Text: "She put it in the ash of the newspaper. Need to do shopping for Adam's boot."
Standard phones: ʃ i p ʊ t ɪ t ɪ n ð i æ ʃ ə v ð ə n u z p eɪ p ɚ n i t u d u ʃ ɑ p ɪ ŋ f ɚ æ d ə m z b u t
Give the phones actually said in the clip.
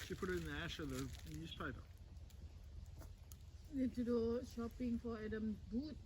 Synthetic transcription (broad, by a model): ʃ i p ʊ t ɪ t ɪ n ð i æ ʃ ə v ð ə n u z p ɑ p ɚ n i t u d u ʃ ɑ p ɪ ŋ f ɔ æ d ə m b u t